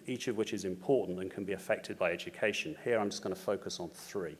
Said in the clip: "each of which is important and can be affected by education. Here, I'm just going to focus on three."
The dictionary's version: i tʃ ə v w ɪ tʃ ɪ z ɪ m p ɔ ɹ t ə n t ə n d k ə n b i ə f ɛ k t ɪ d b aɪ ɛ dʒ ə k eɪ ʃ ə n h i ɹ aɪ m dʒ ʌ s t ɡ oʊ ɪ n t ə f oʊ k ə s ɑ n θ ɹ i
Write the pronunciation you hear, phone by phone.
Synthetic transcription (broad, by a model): i tʃ ə v w ɪ tʃ ɪ z ɪ m p ɔ t n t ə n k ə n b i ə f ɛ k t ɪ d b aɪ ɛ dʒ ə k eɪ ʃ ə n h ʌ ɹ aɪ m dʒ ʌ s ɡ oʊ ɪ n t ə f oʊ k ə s n θ ɹ i